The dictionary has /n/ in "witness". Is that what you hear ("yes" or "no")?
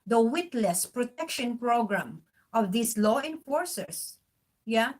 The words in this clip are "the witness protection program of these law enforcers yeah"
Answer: no